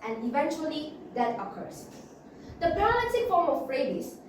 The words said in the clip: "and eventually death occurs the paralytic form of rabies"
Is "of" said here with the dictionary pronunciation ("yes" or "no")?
no